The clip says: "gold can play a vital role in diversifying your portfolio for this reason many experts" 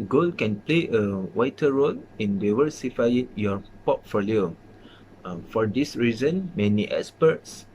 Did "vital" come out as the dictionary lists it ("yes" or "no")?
no